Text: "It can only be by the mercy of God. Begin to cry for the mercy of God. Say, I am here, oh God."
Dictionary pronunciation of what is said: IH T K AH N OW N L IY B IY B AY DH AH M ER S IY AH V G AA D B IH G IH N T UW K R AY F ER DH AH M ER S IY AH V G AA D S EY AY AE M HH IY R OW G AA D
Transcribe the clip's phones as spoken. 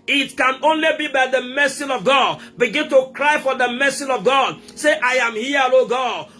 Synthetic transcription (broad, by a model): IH T K AH N OW N L IY B IY B AY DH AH M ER S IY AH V G AA D B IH G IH N T UW K R AY F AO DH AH M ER S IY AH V G AA D S EY AY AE M HH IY L OW G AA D